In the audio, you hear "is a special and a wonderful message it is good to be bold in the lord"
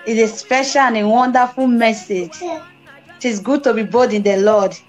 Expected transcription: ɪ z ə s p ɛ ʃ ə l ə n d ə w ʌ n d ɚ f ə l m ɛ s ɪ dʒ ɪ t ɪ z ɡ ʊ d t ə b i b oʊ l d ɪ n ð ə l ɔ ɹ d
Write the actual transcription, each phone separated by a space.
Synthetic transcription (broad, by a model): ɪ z ə s p ɛ ʃ ə l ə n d ə w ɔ n d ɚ f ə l m ɛ s ɪ dʒ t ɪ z ɡ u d t ə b i b oʊ d ɪ n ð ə l ɔ d